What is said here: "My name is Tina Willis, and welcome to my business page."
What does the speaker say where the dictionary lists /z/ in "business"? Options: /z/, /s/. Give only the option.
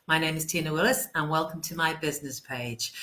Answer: /z/